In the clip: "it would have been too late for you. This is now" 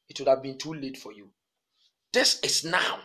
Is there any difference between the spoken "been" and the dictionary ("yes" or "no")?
no